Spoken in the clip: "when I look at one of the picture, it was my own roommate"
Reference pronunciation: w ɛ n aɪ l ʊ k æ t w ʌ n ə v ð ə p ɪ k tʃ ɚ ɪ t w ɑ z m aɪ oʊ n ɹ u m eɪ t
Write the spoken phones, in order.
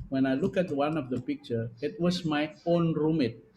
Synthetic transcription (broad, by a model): w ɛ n aɪ l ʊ k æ t w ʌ n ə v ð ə p ɪ k tʃ ɚ ɪ t w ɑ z m aɪ oʊ n ɹ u m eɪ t